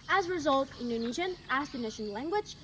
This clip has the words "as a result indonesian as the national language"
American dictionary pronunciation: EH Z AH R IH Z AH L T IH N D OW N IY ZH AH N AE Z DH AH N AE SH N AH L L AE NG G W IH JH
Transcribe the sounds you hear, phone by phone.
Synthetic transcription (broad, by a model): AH Z R IH Z AH L T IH N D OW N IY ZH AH N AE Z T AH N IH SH AH N L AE NG G W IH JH